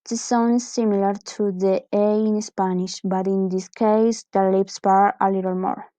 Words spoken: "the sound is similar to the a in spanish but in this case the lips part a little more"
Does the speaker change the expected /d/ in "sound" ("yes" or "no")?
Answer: yes